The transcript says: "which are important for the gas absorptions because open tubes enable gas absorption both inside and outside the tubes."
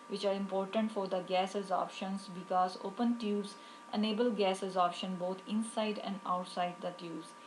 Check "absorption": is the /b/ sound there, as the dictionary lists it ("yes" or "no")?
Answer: no